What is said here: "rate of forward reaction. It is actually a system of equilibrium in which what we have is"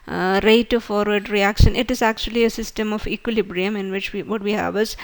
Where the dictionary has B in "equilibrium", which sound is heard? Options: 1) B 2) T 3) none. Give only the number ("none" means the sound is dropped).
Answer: 1